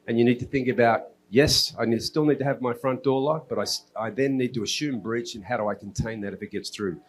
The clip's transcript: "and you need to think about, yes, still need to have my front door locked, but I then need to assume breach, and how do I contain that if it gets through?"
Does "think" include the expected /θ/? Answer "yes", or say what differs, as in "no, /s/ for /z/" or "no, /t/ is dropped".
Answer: yes